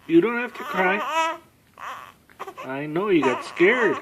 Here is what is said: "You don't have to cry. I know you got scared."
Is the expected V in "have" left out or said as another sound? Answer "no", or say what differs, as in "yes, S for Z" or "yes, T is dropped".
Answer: yes, F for V